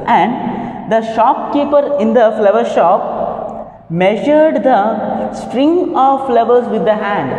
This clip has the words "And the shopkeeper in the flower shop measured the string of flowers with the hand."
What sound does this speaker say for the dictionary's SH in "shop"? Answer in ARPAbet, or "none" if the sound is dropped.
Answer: SH